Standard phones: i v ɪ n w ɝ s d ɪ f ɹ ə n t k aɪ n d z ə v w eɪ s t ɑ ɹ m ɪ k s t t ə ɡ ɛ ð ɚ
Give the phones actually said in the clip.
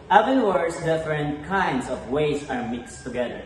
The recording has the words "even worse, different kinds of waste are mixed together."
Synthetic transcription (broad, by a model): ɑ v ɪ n w ɝ s d ɪ f ɹ ə n t k aɪ n d s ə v w eɪ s ɑ ɹ m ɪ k s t t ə ɡ ɛ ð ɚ